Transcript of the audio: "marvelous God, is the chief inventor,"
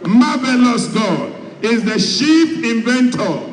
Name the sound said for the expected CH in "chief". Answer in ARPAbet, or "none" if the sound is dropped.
SH